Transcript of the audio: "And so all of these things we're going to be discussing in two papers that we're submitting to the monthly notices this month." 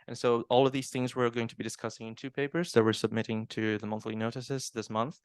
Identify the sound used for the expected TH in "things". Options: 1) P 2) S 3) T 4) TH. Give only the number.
4